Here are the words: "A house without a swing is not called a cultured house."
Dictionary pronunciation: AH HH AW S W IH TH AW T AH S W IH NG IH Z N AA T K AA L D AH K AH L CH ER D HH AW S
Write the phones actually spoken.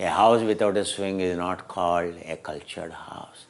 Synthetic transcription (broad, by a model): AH HH AW S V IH T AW T AH S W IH NG IH Z N AA T K AA L D AH K AH L CH ER D HH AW S